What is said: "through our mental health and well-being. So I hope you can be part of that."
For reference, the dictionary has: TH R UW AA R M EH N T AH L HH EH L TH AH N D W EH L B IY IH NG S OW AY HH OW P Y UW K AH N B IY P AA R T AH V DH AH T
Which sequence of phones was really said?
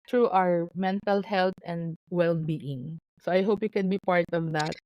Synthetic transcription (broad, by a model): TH R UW AA R M EH N T AH L HH EH L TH AH N D W EH L B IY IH NG S OW AY HH OW P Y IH K AH N B IY P AA R T AH V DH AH T